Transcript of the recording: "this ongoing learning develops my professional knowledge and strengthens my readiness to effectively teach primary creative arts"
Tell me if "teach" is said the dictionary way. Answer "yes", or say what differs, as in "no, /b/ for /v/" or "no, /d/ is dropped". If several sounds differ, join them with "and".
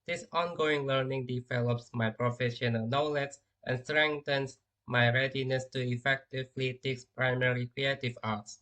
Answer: no, /s/ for /tʃ/